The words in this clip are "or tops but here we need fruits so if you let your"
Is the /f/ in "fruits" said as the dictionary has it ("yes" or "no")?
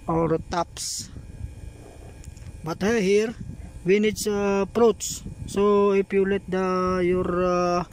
no